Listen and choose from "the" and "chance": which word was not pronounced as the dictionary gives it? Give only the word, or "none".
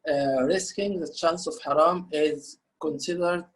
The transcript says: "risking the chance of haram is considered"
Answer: none